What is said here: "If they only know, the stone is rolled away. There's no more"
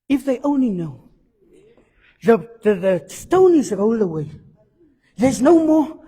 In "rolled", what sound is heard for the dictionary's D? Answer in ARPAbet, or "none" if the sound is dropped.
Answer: none